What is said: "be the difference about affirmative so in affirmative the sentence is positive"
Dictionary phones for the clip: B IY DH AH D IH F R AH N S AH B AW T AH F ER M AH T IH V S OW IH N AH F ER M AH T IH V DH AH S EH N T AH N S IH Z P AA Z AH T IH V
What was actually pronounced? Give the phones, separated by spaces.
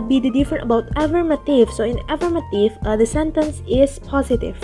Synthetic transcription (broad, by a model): B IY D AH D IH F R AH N AH B AW T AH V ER M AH T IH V S OW IH N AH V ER M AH T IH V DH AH S EH N T AH N S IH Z P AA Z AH T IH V